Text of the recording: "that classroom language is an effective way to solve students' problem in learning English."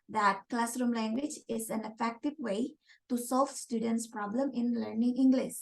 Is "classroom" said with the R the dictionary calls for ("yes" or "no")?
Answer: yes